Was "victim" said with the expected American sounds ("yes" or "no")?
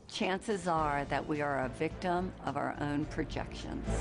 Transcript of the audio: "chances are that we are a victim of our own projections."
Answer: yes